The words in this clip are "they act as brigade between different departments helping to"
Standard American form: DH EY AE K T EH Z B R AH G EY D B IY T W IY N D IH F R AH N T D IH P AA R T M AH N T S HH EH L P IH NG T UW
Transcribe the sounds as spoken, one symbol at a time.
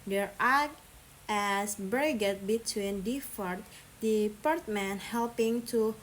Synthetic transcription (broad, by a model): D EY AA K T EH S B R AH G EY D B IY T W IY N D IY F AH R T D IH P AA R T M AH N HH EH L P IH NG T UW